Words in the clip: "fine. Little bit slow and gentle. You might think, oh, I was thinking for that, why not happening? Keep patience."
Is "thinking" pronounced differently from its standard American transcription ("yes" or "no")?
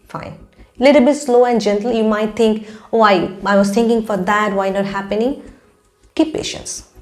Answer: yes